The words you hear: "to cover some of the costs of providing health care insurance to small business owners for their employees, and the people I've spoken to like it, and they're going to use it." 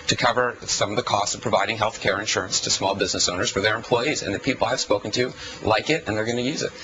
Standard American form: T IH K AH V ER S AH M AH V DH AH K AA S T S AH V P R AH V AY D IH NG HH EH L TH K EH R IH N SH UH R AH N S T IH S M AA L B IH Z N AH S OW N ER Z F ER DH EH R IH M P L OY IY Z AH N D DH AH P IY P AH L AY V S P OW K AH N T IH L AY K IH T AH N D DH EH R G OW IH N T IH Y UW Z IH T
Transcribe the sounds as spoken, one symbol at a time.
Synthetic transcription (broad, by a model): T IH K AH V ER S AH M AH V DH AH K AA S T S AH V P R AH V AY D IH NG HH EH L TH K EH R IH N SH UH R AH N S T IH S M AA L B IH Z N AH S OW N ER Z F ER DH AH R IH M P L OY IY Z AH N DH AH P IY P L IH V S P OW K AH N T IH L AY K IH T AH N DH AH R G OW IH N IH Y UW Z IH T